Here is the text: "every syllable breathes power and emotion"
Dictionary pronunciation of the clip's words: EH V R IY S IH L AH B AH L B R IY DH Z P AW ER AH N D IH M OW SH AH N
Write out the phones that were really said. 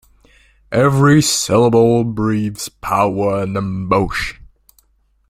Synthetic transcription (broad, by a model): EH V R IY S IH L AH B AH L B R IY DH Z P AW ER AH N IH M OW AH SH